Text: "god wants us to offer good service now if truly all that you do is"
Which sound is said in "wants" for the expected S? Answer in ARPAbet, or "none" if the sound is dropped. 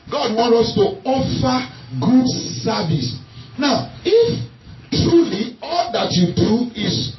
none